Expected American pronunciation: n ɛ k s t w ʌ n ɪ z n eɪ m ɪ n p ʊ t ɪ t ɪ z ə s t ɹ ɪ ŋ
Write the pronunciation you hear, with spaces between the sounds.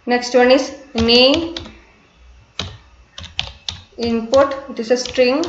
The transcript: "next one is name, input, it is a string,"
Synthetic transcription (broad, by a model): n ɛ k s t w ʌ n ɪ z n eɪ ɪ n p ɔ t ɪ t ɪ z ə s t ɹ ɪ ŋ